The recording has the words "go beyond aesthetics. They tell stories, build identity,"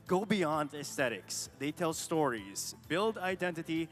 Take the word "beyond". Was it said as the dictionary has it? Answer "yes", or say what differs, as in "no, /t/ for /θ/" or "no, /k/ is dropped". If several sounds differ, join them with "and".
yes